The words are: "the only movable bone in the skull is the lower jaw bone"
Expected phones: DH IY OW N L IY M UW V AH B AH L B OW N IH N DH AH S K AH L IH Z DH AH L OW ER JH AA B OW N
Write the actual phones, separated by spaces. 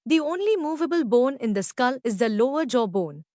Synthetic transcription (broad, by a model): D IY OW N L IY M UW V AH B AH L B OW N IH N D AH S K AH L IH Z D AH L OW ER JH AA B OW N